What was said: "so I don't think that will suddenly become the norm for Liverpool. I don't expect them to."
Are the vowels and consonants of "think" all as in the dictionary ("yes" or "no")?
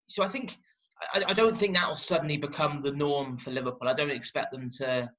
yes